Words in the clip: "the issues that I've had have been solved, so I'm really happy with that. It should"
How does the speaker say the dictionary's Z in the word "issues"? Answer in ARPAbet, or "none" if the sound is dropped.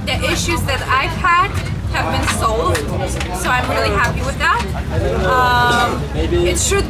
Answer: Z